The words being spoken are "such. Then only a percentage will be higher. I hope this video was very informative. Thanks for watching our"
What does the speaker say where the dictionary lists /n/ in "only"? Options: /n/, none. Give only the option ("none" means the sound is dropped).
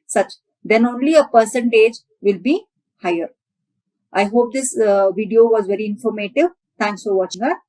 /n/